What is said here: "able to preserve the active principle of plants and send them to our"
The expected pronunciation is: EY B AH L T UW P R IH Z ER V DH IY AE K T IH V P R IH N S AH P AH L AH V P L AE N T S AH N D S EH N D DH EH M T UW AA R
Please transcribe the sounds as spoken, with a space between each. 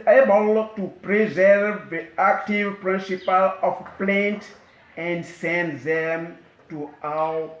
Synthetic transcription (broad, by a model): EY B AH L T UW P R IH Z ER V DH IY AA K T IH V P R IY N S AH P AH L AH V P L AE N T AH N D S EH N D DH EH M T UW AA